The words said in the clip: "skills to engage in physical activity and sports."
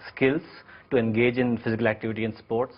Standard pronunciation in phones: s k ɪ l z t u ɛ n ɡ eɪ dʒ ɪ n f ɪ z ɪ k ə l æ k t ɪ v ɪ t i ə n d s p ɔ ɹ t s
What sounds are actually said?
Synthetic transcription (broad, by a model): s k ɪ l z t u ɛ n ɡ eɪ dʒ ɪ n f ɪ z ɪ k ə l æ k t ɪ v ɪ t i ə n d s p ɔ ɹ t s